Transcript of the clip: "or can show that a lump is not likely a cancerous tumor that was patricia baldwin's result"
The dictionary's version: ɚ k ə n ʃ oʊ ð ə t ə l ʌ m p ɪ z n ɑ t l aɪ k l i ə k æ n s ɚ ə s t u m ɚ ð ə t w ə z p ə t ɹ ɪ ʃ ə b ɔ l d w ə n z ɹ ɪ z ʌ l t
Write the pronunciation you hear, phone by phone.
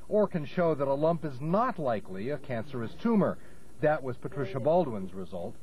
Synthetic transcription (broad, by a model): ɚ k ə n ʃ oʊ ð ə t ə l ʌ m p ɪ z n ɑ t l aɪ k l i ə k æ n s ɚ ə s t u m ɚ ð ə t w ə z p ə t ɹ ɪ ʃ ə b ɔ l d w ə n z ɹ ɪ z ʌ l t